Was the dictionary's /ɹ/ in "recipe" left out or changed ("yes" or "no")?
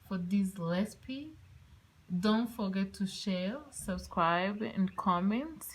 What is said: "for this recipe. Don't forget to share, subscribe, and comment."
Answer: yes